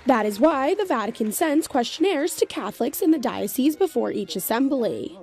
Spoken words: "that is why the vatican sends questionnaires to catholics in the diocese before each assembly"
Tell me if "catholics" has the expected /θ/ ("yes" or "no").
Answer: yes